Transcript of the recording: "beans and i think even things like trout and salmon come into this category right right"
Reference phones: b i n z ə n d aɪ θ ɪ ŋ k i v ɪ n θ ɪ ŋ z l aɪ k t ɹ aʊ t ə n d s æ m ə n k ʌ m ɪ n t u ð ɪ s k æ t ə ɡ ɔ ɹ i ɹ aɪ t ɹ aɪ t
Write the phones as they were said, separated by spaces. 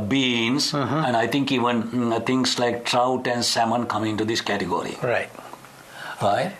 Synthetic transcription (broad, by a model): b i n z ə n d aɪ t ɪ ŋ k i v ɪ n t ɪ ŋ s l aɪ k t ɹ aʊ t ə n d s æ m ə n k ʌ m ɪ n t u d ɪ s k æ t ə ɡ ɔ ɹ i ɹ aɪ t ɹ aɪ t